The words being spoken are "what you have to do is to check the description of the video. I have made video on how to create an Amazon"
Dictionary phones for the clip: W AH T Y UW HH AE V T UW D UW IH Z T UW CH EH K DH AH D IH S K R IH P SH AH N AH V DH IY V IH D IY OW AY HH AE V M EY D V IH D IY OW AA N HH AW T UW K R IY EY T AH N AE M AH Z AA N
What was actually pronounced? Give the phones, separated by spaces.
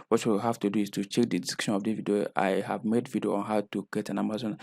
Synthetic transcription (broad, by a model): W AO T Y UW HH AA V T UW D UW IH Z T UW CH EH K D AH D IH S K IH SH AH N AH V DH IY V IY D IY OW AY HH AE V M EY D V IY D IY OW AA N HH AW T UW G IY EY T AH N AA M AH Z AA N